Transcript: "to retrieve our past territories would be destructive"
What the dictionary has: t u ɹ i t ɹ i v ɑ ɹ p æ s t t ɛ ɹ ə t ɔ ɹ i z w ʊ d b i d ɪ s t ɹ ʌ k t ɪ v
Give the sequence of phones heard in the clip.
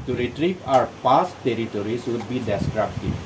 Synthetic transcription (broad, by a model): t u ɹ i t ɹ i p ɑ ɹ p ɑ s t t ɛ ɹ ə t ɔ ɹ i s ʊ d b i d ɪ s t ɹ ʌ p t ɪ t